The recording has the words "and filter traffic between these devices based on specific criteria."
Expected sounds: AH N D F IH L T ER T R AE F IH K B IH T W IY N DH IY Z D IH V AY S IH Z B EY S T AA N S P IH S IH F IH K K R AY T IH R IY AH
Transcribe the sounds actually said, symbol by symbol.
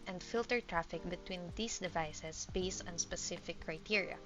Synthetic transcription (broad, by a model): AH N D F IH L T ER T R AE F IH K B IH T W IY N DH IY S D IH V AY S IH S B EY S T AA N S P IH S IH F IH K K R AY T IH R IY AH